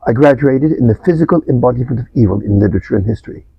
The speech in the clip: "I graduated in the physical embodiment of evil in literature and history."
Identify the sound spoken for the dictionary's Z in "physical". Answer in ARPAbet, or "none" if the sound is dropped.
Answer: Z